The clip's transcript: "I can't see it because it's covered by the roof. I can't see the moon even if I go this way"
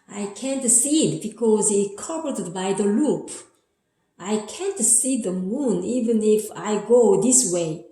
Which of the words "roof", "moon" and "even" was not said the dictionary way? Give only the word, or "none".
roof